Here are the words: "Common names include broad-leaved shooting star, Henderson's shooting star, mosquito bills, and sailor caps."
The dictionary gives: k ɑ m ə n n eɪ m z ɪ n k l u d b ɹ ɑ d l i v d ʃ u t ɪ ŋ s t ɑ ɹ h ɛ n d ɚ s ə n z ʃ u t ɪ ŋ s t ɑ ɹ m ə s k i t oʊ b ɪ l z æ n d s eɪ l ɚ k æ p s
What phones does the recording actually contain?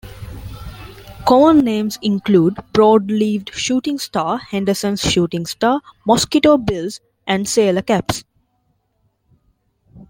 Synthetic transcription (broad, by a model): k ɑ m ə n n eɪ m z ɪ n k l u d b ɹ ɑ d l i v d ʃ u t ɪ ŋ s t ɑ h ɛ n d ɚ s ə n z ʃ u t ɪ ŋ s t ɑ m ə s k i t oʊ b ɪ l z æ n d s eɪ l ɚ k æ p s